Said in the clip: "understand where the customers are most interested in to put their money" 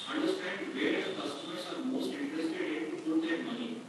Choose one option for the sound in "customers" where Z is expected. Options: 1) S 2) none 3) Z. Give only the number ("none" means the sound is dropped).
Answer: 1